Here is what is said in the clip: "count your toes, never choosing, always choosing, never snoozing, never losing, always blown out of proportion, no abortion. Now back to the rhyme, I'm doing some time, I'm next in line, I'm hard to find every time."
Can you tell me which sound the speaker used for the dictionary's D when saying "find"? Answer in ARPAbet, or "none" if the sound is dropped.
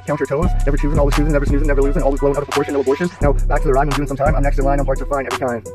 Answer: none